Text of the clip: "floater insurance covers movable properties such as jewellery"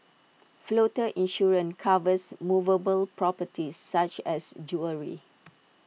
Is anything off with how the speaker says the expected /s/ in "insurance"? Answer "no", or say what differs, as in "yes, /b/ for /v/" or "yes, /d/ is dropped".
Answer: yes, /s/ is dropped